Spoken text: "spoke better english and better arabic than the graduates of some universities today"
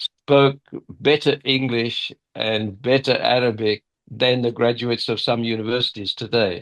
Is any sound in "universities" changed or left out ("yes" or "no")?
no